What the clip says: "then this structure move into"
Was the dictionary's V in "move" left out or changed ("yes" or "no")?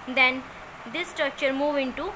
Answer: no